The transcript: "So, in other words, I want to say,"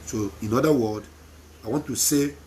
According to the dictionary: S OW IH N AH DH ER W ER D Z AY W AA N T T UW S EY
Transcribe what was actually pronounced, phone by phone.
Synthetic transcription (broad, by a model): S OW IH N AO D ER W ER D AY W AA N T T UW S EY